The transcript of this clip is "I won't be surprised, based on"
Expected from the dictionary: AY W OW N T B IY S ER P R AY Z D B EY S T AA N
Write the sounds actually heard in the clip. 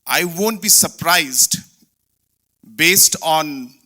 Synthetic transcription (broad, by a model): AY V OW N T B IY S ER P R AY Z D B EY S T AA N